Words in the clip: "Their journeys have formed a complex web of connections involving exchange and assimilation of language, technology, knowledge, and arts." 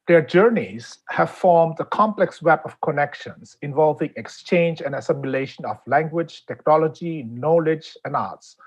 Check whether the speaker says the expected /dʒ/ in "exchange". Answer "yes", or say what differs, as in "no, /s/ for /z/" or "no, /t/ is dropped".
yes